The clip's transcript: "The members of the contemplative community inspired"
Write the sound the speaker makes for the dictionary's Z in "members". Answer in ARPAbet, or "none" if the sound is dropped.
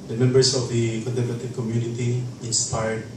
S